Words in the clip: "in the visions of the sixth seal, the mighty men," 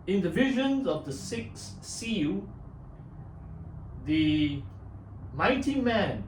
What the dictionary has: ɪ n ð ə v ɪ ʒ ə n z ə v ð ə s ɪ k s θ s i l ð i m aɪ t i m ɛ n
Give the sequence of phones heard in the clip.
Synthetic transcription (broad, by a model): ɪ n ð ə v ɪ ʒ ə n z ə v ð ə s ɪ k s s i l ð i m aɪ t i m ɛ n